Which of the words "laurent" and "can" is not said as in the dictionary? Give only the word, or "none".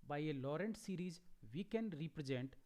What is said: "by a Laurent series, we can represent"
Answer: none